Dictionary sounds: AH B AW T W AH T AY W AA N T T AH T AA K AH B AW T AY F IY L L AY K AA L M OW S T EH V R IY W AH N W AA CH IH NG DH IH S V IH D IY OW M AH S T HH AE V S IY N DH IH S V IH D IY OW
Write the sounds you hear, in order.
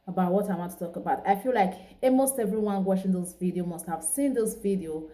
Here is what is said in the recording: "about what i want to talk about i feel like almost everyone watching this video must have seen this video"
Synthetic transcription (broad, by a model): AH B AW T W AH T AY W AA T T AH T AA K AH B AW T AY F IY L L AY K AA M OW S T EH V R IY W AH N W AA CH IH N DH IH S V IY D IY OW M AH S T HH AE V S IY N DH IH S V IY D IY OW